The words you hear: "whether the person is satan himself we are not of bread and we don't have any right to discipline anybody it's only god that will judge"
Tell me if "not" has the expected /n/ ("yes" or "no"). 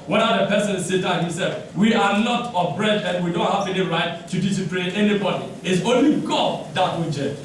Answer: no